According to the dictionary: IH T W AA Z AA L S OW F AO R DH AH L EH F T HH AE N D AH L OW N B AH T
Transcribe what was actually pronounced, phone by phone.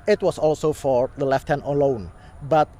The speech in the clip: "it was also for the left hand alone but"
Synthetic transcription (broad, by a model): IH T W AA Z AA L S OW F AO R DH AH L EH F T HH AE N AH L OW N B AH T